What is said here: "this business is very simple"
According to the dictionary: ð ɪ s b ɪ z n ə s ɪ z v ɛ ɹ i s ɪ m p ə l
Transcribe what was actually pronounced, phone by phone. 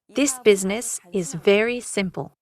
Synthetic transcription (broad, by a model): ð ɪ s b ɪ z n ə s ɪ z v ɛ ɹ i s ɪ m p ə l